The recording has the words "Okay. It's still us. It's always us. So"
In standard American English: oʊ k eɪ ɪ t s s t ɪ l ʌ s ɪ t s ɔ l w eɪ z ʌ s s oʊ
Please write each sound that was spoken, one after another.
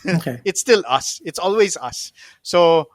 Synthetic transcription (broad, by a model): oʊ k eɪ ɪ t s s t ɪ l ʌ s ɪ t s ɔ l w eɪ z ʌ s s oʊ